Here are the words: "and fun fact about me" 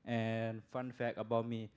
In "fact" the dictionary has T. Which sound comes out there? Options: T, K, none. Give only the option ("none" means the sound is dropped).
none